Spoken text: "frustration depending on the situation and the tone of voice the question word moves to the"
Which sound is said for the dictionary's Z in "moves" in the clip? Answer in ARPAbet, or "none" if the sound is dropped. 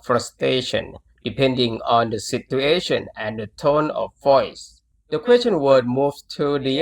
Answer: none